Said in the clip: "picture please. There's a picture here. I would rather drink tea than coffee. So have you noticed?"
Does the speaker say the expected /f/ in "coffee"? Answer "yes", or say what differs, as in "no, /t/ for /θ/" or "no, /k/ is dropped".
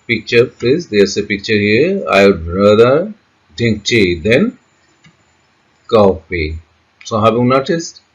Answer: no, /p/ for /f/